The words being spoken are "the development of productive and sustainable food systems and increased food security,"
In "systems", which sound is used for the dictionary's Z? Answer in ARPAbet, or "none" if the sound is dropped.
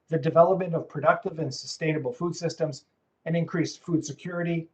Z